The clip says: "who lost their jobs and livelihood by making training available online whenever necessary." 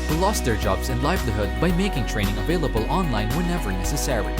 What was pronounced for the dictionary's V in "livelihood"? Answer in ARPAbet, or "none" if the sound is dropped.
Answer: B